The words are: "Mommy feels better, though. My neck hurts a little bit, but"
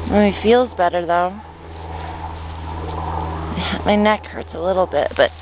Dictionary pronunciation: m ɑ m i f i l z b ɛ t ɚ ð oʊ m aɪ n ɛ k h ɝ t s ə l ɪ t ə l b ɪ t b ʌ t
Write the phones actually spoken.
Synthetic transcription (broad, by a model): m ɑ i f i l z b ɛ t ɚ ð oʊ m aɪ n ɛ k h ɝ t s ə l ɪ t l b ɪ t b ʌ t